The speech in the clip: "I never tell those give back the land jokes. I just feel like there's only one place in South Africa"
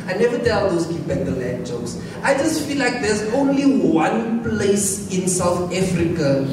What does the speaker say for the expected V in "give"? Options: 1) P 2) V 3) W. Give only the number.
1